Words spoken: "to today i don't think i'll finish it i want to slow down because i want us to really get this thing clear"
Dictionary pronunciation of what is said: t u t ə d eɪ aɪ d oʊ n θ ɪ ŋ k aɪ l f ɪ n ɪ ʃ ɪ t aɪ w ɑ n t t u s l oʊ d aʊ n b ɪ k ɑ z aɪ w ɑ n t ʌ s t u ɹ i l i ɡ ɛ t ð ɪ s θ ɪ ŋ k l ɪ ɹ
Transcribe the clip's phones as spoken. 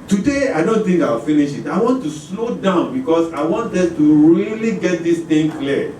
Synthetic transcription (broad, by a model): t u d eɪ aɪ d oʊ n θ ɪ ŋ k aɪ w f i n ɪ ʃ ɪ t aɪ w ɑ n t t u s l oʊ d aʊ n b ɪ k ɑ s aɪ w ɑ n t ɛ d t u ɹ i l i ɡ ɛ t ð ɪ s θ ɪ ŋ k l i